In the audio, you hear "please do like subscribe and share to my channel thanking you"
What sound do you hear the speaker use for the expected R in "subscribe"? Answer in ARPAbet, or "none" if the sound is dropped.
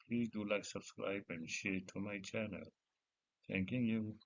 none